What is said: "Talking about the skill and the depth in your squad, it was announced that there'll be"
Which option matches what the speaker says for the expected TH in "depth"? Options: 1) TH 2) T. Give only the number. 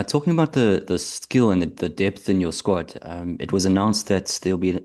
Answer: 1